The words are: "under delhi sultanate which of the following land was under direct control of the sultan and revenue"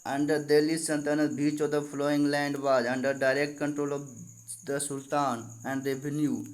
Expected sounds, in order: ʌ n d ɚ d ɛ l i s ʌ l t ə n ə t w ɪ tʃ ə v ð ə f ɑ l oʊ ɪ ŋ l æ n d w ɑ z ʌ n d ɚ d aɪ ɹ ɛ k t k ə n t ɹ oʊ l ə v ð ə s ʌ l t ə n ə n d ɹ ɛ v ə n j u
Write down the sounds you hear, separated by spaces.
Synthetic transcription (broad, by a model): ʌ n d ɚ d ɛ l i s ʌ n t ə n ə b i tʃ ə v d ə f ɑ l oʊ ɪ ŋ l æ n d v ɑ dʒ ʌ n d ɚ d aɪ ɹ ɛ k t k ə n t ɹ oʊ l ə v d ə s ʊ l t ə n ə n d ɹ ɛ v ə n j u